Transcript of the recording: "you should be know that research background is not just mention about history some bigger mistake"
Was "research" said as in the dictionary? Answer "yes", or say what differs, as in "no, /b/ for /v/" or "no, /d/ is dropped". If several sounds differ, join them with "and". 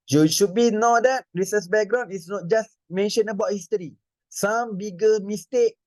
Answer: no, /s/ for /tʃ/